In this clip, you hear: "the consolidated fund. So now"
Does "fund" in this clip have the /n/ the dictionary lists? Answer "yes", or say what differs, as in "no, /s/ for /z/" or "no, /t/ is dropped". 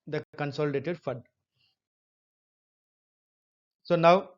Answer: no, /n/ is dropped